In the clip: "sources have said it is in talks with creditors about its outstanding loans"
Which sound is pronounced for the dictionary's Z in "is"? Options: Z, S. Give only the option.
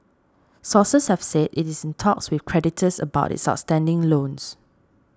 S